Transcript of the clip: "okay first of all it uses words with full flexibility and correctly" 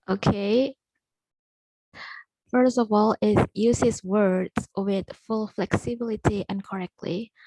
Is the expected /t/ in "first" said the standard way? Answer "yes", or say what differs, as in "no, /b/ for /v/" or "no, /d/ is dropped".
yes